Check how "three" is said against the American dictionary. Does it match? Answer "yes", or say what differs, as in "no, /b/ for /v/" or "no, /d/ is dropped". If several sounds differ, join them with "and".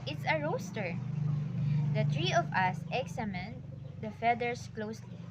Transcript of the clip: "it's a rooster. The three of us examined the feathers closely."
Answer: no, /t/ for /θ/